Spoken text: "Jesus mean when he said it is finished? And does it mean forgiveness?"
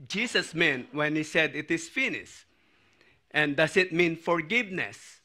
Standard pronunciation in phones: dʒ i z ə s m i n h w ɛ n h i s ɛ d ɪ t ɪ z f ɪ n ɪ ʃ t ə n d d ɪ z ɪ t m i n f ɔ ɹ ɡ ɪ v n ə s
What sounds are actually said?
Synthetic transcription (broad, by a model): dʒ i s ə s m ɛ n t w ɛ n h i s ɛ d ɪ t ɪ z f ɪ n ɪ s t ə n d d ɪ s ɪ t m i n f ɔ ɹ ɡ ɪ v n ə s